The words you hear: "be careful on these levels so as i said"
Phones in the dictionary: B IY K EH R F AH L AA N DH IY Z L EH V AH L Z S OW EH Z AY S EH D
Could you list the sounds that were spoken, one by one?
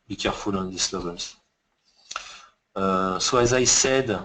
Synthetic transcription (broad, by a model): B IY K EH R F AH L AA N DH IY S L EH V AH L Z S OW EH Z AY S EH D